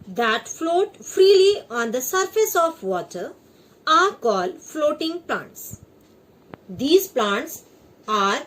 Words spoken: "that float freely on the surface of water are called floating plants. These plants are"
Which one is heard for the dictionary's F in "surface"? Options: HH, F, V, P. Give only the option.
F